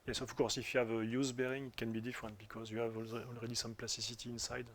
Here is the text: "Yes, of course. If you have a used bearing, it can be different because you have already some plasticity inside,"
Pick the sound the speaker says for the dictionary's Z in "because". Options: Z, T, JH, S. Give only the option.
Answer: Z